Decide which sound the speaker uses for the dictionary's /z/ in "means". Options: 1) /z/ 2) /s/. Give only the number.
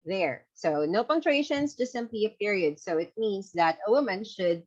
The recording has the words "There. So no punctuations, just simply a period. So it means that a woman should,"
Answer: 2